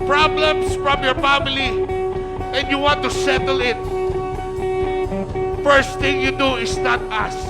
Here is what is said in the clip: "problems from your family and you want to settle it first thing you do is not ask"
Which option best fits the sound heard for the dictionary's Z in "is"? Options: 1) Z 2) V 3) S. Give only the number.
3